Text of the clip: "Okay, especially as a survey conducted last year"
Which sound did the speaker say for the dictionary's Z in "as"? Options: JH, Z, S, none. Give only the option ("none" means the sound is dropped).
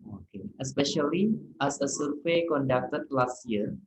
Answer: S